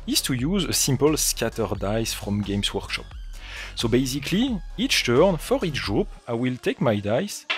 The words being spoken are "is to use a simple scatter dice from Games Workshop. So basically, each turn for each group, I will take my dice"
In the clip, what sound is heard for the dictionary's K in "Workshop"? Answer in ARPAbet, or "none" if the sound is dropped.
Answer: K